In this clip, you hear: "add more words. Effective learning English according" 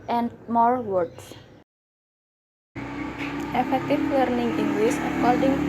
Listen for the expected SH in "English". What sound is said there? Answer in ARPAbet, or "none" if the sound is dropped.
S